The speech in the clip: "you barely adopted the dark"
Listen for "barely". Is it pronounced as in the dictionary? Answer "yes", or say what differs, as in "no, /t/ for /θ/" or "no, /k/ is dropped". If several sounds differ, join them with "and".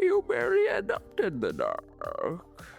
no, /l/ is dropped